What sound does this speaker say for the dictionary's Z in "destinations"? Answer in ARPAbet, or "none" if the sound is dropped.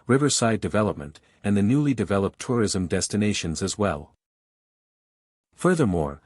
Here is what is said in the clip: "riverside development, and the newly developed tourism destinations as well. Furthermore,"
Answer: Z